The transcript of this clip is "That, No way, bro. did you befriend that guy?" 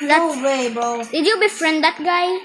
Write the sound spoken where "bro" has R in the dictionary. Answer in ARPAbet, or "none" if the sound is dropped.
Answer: none